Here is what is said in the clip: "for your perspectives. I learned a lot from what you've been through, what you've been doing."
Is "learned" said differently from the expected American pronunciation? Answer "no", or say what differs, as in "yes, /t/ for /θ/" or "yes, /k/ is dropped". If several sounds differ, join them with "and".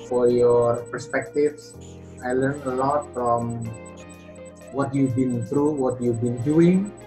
yes, /d/ is dropped